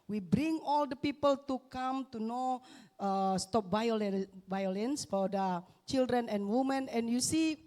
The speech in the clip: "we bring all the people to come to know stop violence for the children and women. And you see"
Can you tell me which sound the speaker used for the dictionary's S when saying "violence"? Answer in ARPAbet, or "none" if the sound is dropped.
S